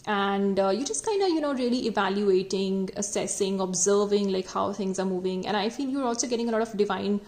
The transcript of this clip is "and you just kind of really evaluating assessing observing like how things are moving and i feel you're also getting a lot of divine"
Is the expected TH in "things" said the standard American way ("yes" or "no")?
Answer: no